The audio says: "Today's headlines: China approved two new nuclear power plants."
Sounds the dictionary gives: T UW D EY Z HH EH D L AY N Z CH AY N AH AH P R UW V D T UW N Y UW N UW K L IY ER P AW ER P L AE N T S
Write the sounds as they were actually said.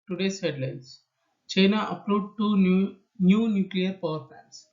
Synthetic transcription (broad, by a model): T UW D EY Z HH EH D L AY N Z CH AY N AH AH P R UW D T UW N Y UW N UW K L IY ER P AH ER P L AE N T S